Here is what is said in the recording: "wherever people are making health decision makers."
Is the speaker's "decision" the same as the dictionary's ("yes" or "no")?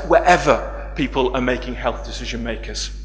yes